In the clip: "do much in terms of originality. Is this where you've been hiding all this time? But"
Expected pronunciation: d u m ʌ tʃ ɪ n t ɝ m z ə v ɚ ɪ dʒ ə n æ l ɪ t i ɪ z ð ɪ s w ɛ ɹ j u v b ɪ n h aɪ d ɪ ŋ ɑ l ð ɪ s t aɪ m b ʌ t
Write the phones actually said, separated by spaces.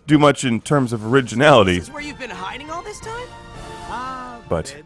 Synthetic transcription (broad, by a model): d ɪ m ʌ tʃ ɪ n t ɝ m z ə v ɚ ɪ dʒ ə n æ l ɪ t i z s w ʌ ɹ j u v b ɪ n h aɪ d ɪ ŋ ɑ l ð ɪ s t aɪ m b ʌ t